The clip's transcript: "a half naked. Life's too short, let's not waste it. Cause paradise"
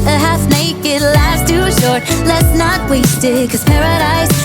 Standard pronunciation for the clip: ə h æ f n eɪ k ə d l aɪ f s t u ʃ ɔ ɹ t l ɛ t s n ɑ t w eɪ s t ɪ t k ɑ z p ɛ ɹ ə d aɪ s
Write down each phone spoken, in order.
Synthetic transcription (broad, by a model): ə h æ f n eɪ k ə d l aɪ s t u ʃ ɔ ɹ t l ɛ t s n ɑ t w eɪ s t ɪ t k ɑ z p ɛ ɹ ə d aɪ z